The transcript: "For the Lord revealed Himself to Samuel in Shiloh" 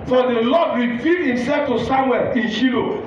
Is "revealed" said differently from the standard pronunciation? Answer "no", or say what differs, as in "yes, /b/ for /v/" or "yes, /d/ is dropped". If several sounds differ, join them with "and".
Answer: yes, /f/ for /v/ and /l/ is dropped